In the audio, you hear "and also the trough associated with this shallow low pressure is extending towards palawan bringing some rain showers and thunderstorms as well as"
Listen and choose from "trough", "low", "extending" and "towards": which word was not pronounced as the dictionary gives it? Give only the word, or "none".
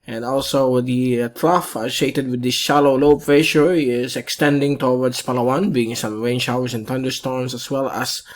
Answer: towards